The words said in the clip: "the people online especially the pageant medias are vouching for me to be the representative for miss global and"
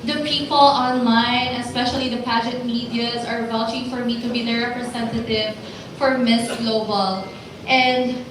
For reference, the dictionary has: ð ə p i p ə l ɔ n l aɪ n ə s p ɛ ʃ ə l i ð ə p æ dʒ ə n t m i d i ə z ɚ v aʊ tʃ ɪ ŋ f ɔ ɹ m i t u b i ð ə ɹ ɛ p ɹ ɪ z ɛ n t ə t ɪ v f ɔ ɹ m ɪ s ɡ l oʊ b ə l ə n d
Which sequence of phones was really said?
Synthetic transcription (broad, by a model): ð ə p i p ə l ɔ n l aɪ n ə s p ɛ ʃ ə l i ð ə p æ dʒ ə t m i d i ə z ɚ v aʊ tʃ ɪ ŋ f ɔ ɹ m i t u b i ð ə ɹ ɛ p ɹ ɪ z ɛ n t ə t ɪ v f ɔ ɹ m ɪ s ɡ l oʊ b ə l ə n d